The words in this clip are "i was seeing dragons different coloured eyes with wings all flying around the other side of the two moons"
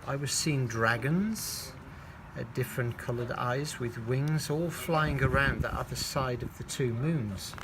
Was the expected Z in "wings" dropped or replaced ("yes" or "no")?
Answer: no